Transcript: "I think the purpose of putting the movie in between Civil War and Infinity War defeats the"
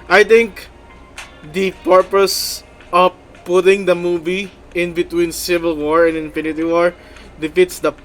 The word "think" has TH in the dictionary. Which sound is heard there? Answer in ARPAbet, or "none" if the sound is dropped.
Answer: T